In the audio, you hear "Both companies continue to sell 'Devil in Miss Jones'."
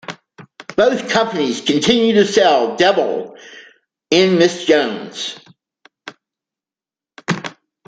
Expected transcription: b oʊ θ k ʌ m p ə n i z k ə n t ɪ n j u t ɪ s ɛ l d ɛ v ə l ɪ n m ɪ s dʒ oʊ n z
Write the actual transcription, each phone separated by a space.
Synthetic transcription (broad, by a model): b oʊ θ k ʌ m p ə n i z k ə n t ɪ n j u t ɪ s ɛ l d ɛ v l ɪ n m ɪ s dʒ oʊ n z